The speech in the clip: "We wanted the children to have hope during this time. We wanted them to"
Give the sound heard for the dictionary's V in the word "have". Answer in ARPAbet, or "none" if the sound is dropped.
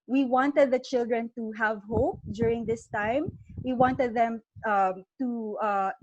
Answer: V